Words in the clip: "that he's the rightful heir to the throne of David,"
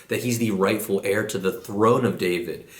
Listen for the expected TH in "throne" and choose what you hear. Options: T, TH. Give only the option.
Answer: TH